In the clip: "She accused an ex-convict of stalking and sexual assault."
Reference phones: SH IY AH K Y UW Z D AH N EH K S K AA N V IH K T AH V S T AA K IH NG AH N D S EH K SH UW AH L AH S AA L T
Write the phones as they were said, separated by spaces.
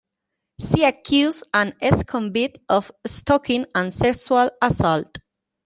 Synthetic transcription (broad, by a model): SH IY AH K Y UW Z AH N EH S K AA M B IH T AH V S T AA K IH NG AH N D S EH K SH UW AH L AH S AA L T